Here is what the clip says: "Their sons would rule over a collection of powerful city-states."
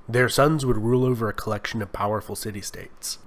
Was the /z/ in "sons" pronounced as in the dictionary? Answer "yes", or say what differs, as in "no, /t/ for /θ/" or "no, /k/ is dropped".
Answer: yes